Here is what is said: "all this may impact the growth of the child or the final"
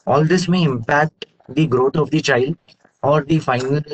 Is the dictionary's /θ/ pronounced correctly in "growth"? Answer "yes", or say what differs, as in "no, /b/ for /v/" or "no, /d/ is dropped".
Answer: no, /t/ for /θ/